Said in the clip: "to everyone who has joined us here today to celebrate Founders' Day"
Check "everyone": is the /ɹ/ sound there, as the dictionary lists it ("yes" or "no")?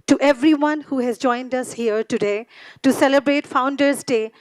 yes